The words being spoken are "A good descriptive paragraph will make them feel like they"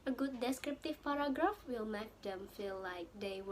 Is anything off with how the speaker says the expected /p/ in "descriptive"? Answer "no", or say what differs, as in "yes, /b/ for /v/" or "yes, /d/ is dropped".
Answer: no